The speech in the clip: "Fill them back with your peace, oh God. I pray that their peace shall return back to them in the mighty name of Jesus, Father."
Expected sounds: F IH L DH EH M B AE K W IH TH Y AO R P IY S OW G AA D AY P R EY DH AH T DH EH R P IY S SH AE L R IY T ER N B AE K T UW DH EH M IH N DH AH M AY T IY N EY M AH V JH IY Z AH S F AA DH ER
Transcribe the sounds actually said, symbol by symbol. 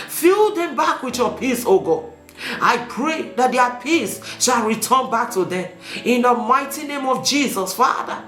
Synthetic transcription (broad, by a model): F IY L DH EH M B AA K W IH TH Y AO P IY S OW G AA AY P R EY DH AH T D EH P IY S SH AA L R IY T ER N B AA K T UW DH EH M IH N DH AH M AY T IY N EY M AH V JH IY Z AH S F AA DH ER